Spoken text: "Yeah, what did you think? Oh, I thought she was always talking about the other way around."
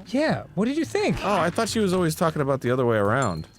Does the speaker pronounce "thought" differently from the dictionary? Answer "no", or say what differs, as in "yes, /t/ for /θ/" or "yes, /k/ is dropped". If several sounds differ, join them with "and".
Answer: no